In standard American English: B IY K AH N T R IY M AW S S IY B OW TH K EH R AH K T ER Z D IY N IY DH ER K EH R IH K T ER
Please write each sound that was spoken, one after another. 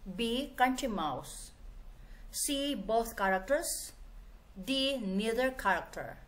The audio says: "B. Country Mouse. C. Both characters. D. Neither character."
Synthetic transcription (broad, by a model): B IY K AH N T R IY M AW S S IY B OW T K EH R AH K T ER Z D IY N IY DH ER K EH R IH K T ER